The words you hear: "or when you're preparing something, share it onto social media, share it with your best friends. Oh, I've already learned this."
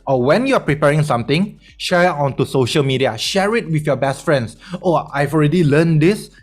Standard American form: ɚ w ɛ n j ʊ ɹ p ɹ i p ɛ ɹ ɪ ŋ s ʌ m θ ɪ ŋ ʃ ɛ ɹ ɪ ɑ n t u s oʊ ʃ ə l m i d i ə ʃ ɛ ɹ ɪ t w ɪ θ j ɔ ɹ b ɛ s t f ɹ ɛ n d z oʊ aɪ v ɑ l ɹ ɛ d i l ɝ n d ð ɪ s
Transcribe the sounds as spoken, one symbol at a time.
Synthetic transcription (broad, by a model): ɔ w ɛ n j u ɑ p ɹ i p ɛ ɹ ɪ ŋ s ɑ m t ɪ ŋ ʃ ɛ ɹ ɑ n t u s oʊ ʃ ə l m i d i ə ʃ ɛ ɹ ɪ t w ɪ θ j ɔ b ɛ s t f ɹ ɛ n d s oʊ aɪ v ɑ l ɹ ɛ d i l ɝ n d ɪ s